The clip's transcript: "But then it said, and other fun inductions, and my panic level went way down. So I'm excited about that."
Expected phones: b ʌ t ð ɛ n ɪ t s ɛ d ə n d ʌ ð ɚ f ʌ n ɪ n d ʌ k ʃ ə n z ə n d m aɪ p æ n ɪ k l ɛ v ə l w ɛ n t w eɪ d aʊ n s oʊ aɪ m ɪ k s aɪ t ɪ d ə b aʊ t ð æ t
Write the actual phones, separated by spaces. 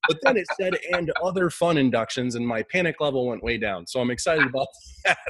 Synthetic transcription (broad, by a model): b ʌ t ð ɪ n ɪ t s ɛ d ə n d ʌ ð ɚ f ʌ n ɪ n d ʌ k ʃ ə n z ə n m aɪ p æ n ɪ k l ɛ v l w ɛ n t w eɪ d aʊ n s oʊ aɪ m ɪ k s aɪ t ɪ d ə b aʊ t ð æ t